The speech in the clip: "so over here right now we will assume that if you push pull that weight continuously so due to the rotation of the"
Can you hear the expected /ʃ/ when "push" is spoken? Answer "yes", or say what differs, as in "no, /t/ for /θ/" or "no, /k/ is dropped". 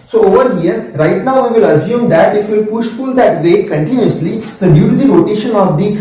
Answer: yes